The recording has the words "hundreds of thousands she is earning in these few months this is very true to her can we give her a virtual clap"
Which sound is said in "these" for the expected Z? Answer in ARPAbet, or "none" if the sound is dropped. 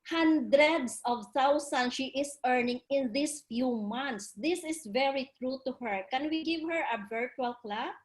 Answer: S